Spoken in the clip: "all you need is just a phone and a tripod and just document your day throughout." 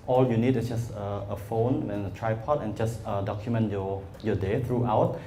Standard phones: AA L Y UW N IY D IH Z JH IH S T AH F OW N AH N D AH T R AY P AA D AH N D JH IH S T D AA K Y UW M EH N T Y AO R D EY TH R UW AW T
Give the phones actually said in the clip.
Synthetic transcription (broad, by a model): AA L Y UW N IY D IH S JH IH S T AH F OW N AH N AH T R AY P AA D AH N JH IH S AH D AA K Y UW M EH N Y Y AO D EY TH R UW AW T